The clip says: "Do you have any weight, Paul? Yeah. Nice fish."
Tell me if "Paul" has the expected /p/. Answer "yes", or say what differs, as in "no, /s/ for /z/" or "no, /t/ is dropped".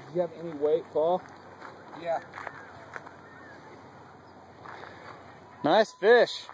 no, /f/ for /p/